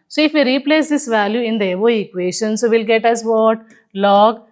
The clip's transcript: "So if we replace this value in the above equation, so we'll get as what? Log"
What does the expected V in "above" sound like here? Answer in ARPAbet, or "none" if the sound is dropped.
none